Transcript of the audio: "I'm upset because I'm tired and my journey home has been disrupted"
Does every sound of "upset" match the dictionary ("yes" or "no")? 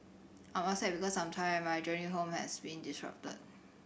no